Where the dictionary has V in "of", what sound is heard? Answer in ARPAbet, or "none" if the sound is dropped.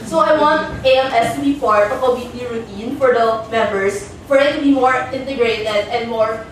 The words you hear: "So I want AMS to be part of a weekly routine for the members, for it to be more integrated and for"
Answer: P